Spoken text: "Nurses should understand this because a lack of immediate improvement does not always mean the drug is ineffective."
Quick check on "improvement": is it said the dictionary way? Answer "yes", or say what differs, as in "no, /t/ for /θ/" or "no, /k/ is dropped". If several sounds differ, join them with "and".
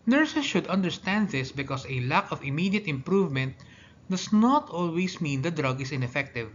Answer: yes